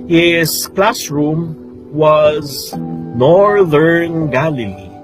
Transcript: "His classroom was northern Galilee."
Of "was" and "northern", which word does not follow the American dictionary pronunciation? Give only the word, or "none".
none